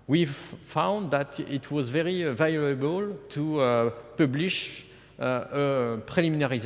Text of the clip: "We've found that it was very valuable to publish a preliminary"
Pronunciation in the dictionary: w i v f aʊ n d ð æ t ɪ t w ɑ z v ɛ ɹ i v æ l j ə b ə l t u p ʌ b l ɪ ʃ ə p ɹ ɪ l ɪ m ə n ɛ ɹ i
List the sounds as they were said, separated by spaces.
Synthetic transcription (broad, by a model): w i f aʊ n d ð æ t ɪ t w ɑ z v ɛ ɹ i v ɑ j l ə b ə l t u p ʌ b l ɪ ʃ ə p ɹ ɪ l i m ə n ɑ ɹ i